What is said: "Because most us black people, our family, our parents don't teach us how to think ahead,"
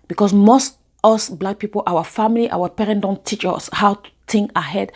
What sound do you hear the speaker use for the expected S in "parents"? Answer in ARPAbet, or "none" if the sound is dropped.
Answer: none